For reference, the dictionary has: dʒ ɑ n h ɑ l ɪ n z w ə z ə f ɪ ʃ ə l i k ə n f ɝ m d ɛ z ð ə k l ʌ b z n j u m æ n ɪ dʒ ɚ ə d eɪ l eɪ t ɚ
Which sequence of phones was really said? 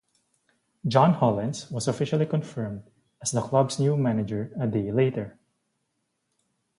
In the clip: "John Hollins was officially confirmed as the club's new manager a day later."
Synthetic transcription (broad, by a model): dʒ ɑ n h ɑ l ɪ n s w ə s ə f ɪ ʃ ə l i k ə n f ɝ m d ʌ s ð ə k l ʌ b s n j u m æ n ɪ dʒ ɚ ə d eɪ l eɪ t ɚ